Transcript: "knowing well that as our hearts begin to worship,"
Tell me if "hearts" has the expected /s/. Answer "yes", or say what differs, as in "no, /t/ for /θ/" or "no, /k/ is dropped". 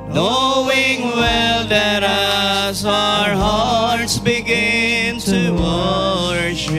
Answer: yes